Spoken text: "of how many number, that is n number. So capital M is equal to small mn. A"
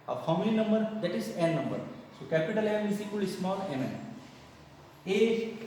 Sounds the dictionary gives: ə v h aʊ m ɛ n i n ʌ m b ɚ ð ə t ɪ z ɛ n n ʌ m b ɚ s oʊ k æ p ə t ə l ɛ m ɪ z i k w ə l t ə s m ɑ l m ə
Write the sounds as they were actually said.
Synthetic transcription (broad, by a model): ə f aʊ m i l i n ʌ m b ɚ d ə t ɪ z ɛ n n ʌ m b ɚ s oʊ k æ p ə t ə l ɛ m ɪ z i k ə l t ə s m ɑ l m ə